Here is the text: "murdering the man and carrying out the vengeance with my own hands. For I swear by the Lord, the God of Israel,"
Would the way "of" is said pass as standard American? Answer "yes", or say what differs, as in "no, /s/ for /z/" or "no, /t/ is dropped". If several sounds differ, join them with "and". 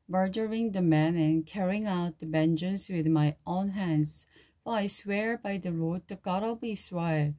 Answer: no, /b/ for /v/